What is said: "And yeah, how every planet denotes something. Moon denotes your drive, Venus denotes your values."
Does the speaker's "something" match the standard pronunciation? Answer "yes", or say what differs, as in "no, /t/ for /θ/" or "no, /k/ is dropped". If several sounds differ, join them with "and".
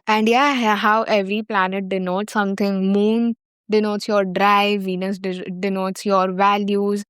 no, /t/ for /θ/